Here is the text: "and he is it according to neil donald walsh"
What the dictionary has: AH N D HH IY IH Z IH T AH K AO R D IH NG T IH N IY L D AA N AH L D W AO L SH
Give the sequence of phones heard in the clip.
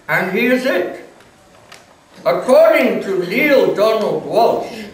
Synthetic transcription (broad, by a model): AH N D HH IY IH Z IH T AH K AO R D IH NG T IH L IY L D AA N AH L D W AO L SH